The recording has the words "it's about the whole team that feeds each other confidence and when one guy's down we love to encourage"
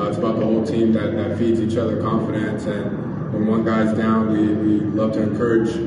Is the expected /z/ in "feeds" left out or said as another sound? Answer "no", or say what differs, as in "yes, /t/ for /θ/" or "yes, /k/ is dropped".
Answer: no